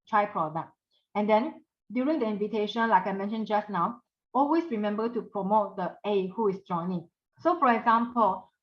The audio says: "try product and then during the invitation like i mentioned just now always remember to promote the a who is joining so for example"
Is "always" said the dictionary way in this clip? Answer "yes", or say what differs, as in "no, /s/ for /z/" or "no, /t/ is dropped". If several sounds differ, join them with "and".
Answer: no, /s/ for /z/